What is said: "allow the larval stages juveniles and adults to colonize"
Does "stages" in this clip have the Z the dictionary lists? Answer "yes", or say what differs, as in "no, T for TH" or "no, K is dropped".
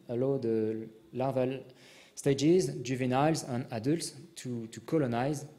yes